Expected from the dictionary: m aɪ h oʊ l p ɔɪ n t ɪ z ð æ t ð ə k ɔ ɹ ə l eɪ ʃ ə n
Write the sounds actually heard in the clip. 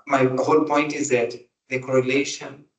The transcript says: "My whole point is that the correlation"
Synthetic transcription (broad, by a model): m aɪ h oʊ l p ɔɪ n t ɪ z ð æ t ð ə k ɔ ɹ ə l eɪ ʃ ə n